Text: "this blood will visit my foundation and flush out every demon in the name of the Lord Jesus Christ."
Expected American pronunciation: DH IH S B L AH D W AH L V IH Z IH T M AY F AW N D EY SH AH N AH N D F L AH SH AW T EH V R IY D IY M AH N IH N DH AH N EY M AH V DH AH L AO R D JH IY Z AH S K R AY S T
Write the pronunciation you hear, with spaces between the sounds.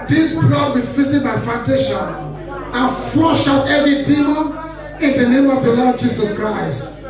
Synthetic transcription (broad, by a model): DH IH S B L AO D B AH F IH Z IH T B AY F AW N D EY SH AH N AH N F AO SH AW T EH V R IY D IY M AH IH N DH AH N EY M AH V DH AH L AO D JH IY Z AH S K R AY S T